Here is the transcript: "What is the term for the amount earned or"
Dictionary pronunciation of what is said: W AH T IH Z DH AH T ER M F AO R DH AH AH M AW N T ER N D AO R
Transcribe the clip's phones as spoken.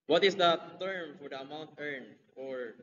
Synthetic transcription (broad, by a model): W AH T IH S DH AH T ER M F AO R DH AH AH M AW N T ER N AO R